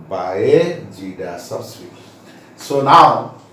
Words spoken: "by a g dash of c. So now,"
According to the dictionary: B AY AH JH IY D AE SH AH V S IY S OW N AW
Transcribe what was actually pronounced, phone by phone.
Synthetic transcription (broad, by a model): B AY AH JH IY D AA S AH B S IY S OW N AW